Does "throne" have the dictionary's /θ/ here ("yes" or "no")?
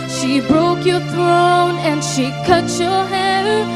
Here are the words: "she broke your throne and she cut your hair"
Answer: yes